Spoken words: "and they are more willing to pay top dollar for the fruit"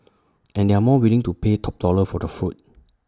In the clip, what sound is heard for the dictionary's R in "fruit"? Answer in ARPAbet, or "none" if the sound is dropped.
none